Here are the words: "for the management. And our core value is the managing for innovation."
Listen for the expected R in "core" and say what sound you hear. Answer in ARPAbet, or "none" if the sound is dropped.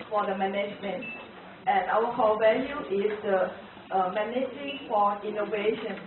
L